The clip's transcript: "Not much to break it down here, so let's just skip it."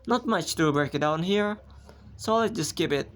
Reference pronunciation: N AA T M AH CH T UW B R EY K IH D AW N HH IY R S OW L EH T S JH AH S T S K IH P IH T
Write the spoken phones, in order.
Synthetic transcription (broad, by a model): N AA T M AH CH T UW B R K D AW N HH IY R S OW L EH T JH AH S S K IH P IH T